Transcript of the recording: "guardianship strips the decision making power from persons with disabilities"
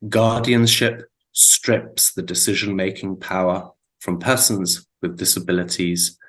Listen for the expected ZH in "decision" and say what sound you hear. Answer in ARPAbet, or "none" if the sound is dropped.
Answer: ZH